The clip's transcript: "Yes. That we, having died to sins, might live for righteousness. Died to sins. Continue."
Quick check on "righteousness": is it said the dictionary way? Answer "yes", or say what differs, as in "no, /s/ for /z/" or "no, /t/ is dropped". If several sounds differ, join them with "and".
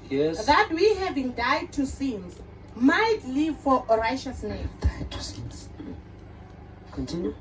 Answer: no, /ʃ/ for /tʃ/